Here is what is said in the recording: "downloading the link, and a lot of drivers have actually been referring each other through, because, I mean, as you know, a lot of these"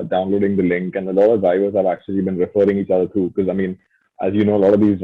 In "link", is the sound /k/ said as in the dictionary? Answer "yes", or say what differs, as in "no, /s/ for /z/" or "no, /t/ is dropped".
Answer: yes